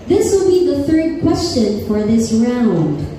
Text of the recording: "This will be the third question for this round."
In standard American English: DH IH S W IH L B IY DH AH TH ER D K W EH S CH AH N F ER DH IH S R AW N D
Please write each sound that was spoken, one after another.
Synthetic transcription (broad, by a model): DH IH S W IH L B IY DH AH TH ER D K W EH S CH AH N F ER DH IH S R AW N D